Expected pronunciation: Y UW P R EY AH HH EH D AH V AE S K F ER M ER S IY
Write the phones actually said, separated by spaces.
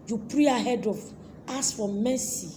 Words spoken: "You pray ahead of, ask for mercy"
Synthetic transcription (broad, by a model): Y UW P R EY AH HH EH D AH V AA S F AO M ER S IY